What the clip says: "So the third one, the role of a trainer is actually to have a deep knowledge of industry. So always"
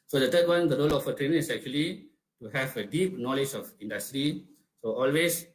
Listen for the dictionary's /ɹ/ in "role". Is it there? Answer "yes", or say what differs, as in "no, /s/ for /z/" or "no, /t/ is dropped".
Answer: yes